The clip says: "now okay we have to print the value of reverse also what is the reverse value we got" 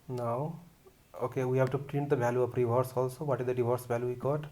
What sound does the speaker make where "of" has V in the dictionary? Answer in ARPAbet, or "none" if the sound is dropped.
P